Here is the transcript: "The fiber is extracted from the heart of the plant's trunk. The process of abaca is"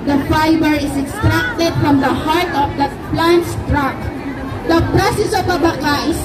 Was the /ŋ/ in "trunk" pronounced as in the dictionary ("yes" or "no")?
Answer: no